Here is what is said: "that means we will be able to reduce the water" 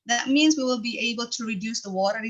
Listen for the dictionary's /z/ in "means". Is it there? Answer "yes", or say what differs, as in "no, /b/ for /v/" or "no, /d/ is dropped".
yes